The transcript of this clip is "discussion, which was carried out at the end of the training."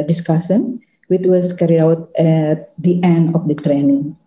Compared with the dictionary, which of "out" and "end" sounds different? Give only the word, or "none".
none